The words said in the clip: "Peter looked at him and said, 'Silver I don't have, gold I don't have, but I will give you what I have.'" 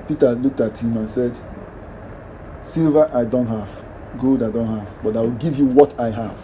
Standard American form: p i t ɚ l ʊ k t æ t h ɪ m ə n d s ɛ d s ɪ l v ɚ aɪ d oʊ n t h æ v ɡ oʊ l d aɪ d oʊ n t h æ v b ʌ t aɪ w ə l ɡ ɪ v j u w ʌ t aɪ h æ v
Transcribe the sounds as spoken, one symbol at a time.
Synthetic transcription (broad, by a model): p i t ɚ l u k t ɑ t h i m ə n s ɛ d s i l v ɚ aɪ d oʊ n t h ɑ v ɡ oʊ l d aɪ d oʊ n t h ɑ v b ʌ t aɪ w ə l ɡ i v j u w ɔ t aɪ h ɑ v